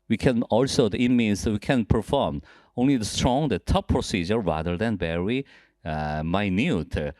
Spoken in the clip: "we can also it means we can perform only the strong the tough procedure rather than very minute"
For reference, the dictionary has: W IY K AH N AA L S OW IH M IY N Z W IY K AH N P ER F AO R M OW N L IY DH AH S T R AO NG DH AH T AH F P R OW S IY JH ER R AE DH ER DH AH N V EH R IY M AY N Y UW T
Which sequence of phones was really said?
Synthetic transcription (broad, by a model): W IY K AH N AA L S OW IH M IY N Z W IY K AH N P ER F AO R M OW N L IY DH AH S T R AO NG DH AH T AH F P R OW S IY JH ER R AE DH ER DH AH N B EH R IY M AY N Y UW T